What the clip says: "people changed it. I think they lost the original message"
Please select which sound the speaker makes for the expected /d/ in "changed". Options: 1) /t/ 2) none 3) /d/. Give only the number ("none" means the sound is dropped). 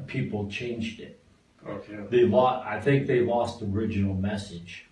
3